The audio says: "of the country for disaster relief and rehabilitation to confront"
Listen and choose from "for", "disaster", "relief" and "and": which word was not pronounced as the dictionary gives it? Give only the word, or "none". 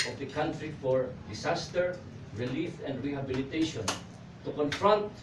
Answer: disaster